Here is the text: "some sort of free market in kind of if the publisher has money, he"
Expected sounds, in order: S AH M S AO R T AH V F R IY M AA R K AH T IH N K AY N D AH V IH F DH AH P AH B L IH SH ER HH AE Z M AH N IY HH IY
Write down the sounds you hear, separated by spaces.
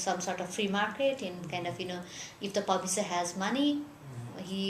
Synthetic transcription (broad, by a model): S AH M S AO R T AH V F R IY M AA R K AH T IH N K AY N D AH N IH F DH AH P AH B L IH S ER HH AE Z M AH N IY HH IY